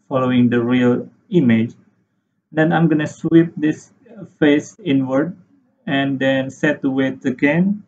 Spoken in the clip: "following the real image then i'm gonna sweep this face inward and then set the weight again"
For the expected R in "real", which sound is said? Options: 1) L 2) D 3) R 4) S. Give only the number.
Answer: 3